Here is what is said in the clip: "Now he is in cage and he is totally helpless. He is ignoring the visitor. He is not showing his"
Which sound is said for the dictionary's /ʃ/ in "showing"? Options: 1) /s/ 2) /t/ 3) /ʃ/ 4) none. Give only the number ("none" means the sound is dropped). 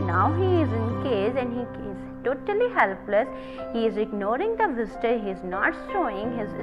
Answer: 1